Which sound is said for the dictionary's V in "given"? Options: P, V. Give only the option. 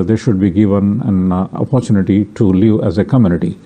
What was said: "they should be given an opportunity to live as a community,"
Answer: V